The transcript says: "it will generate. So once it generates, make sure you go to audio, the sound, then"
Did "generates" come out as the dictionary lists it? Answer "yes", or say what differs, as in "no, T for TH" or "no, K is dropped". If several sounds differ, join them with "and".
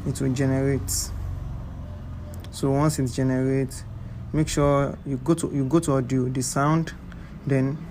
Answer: no, S is dropped